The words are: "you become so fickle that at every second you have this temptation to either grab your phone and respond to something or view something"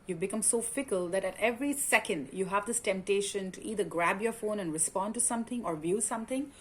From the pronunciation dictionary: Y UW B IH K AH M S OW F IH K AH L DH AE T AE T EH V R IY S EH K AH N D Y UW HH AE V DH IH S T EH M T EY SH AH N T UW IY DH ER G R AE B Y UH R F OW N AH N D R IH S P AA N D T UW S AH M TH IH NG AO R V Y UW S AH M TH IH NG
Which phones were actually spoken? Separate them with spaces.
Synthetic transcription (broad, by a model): Y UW B IH K AH M S OW F IH K AH L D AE T AE T EH V R IY S EH K AH N D Y UW HH AE V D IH S T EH M T EY SH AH N T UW IY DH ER G R AE B Y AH R F OW N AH N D R IH S P AA N D T UW S AH M T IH NG AO R V Y UW S AH M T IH NG